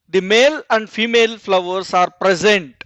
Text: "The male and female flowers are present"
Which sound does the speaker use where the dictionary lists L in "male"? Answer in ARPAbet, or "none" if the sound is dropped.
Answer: L